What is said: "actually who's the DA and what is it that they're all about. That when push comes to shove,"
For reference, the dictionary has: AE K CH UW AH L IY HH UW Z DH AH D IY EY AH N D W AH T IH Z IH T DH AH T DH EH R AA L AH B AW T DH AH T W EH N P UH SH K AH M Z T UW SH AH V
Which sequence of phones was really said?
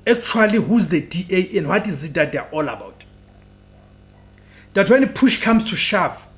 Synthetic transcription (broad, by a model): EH K CH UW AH L IY HH UW Z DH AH D IY EY AH N D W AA T IH Z IH T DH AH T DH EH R AA L AH B AW T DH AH T W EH N P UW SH K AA M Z T UW SH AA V